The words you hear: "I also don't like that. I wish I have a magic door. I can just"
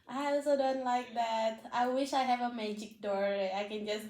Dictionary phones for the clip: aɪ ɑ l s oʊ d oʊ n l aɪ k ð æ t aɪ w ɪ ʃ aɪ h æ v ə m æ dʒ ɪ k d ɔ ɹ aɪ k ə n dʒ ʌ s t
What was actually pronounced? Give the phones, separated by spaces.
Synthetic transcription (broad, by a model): aɪ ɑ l s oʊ d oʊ n l aɪ k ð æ t aɪ w ɪ ʃ aɪ h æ v ə m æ dʒ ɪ k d ɔ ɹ aɪ k ə n dʒ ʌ s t